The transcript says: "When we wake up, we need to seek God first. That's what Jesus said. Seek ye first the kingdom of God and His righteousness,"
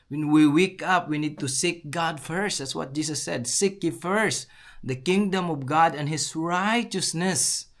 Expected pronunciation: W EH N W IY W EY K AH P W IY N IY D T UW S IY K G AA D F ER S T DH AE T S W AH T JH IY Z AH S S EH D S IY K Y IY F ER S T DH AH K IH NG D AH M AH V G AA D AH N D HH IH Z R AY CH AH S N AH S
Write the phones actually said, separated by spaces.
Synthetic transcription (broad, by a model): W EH N W IY W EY K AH P W IY N IY D T UW S IY K G AA D F ER S T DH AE T S W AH T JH IY S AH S S EH D S IY K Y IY F ER S T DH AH K IH NG D AH M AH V G AA D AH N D HH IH S R AY CH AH S N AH S